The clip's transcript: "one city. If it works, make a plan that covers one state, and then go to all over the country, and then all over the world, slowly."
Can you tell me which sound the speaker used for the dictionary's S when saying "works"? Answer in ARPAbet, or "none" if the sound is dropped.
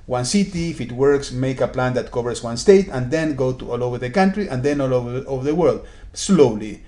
S